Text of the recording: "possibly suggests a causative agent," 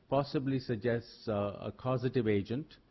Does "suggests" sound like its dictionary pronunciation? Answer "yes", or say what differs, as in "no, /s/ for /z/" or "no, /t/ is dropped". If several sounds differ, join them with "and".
yes